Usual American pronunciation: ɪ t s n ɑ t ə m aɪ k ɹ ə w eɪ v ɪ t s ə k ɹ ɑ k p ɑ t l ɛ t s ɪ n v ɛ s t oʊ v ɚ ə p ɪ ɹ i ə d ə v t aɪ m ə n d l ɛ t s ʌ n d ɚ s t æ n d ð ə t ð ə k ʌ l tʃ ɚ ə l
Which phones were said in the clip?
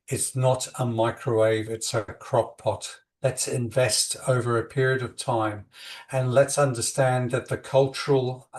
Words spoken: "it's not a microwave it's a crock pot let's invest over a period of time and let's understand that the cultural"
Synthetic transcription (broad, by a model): ɪ t s n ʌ t ə m aɪ k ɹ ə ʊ eɪ v ɪ t s ə k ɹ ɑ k p ɑ t l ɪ t s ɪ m v ɛ s t oʊ v ɚ ə p ɪ ɹ i ə d ə v t aɪ m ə n l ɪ t s ʌ n d ɚ s t æ n ð ə t ð ə k ʌ l tʃ ɚ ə l